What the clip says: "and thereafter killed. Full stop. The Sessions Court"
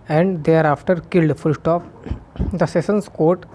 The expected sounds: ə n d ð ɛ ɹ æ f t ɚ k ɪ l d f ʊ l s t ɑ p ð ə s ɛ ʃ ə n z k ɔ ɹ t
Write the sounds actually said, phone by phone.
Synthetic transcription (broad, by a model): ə n d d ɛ ɹ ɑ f t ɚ k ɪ l d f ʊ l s t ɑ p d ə s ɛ s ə n s k ɔ ɹ t